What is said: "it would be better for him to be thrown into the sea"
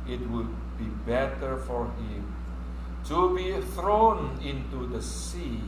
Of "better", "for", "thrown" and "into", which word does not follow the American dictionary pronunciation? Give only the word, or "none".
none